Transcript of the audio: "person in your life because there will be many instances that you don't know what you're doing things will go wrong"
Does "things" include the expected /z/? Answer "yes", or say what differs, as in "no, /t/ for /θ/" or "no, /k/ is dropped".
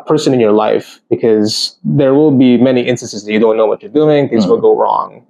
yes